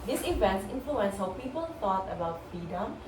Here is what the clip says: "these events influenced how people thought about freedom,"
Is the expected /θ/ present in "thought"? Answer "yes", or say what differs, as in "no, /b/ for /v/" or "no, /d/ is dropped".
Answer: no, /t/ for /θ/